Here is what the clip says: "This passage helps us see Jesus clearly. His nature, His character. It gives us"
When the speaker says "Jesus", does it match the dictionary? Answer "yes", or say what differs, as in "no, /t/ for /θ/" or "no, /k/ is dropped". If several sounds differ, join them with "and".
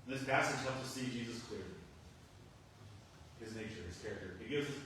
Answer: yes